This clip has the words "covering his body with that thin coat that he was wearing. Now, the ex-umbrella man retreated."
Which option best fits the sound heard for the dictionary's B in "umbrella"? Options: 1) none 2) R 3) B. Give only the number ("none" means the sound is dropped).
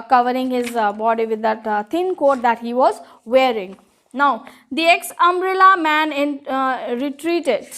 3